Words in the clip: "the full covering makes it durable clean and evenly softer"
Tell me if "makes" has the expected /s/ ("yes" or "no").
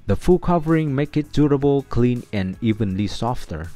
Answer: no